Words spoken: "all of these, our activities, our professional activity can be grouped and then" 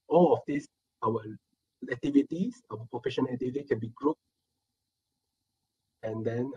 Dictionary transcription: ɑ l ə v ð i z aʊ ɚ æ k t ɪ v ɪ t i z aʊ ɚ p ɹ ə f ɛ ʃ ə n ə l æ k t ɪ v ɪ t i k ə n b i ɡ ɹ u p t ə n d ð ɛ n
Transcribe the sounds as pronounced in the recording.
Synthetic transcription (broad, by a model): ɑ l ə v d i s aʊ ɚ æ k t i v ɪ t i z aʊ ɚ p ɹ ə f ɛ ʃ ə n ə l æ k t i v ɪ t i k ə n b i ɡ ɹ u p ə n d ɛ n